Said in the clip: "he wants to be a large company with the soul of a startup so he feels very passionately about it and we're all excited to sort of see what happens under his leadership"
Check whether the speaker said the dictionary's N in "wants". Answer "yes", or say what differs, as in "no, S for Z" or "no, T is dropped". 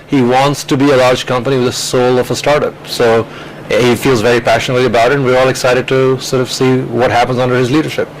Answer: yes